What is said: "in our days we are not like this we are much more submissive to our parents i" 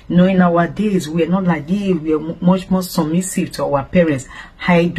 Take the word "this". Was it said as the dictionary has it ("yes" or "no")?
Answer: no